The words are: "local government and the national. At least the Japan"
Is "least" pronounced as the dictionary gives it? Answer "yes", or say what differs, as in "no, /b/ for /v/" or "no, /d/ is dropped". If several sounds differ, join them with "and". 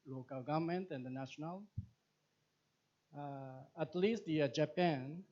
yes